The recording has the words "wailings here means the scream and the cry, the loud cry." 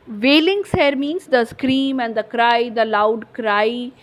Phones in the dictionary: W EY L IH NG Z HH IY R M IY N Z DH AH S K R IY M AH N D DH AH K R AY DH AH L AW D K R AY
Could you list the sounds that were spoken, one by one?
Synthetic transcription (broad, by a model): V EY L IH NG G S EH R M IY N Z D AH S K R IY M AH N D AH K R AY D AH L AW D K R AY